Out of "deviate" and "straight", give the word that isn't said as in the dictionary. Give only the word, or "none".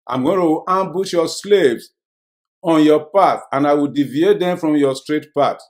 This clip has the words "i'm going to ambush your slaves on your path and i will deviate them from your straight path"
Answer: none